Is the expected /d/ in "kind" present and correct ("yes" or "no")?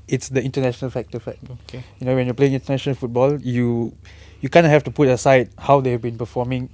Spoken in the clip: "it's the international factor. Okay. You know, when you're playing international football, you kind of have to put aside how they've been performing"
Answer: no